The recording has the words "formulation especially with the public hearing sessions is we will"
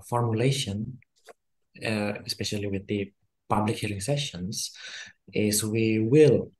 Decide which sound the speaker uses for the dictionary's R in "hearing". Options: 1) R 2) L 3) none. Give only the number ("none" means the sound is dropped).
2